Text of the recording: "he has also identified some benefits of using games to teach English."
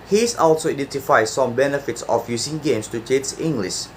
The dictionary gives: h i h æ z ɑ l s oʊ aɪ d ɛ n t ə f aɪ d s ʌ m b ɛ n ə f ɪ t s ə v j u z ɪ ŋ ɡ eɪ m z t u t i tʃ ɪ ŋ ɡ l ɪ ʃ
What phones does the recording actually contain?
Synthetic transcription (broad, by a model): h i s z ɑ l s oʊ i d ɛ n t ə f aɪ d s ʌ m b ɛ n ə f ɪ t s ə f j u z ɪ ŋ ɡ eɪ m s t u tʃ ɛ s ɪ ŋ ɡ l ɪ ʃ